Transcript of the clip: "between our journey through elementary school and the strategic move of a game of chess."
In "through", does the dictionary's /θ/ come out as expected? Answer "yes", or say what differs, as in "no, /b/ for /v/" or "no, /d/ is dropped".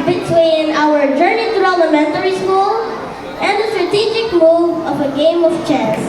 no, /t/ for /θ/